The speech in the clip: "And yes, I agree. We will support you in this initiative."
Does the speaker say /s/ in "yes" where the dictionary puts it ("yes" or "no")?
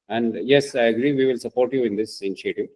yes